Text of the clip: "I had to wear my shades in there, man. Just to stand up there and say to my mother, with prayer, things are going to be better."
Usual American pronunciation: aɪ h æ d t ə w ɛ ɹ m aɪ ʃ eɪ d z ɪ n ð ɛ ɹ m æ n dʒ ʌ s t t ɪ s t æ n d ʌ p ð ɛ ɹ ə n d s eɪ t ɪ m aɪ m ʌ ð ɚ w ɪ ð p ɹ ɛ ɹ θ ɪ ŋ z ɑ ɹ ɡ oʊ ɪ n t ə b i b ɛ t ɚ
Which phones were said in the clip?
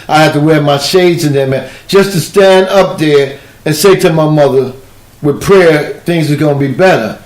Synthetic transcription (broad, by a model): aɪ h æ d t ə w ɛ ɹ m aɪ ʃ eɪ d z ɪ n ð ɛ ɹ m æ n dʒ ʌ s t t ɪ s t æ n d ʌ p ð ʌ ɹ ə n s eɪ t ɪ m aɪ m ʌ ð ɚ w ɪ ð p ɹ ɛ ɹ θ ɪ ŋ z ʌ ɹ ɡ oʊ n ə b i b ɛ t ɚ